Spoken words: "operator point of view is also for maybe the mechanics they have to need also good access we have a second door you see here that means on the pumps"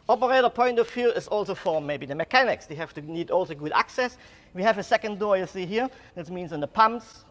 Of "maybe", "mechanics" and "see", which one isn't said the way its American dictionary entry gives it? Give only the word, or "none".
none